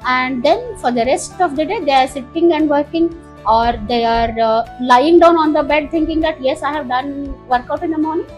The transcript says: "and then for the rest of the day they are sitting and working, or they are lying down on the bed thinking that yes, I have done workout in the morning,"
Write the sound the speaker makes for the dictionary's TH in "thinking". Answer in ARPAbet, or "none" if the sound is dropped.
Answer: T